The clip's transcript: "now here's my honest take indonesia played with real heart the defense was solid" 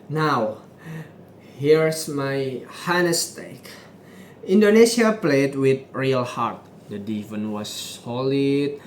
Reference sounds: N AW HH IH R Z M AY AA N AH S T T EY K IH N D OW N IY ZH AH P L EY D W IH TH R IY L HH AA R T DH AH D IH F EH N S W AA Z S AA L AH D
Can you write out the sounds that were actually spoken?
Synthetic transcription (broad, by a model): N AW HH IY R S M AY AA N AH S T T EY K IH N D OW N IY S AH P L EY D W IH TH R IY L HH AA R T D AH D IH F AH N W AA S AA L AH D